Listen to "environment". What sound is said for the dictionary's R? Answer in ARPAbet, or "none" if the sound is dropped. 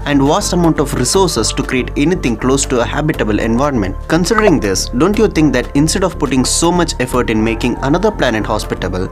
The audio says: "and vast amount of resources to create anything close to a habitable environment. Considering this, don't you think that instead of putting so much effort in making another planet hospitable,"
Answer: R